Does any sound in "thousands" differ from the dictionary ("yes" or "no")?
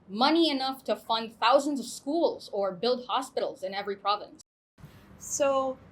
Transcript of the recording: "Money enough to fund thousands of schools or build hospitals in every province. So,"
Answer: no